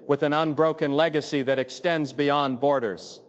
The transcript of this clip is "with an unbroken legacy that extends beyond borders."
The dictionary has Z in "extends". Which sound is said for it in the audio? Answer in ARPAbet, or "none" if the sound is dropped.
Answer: Z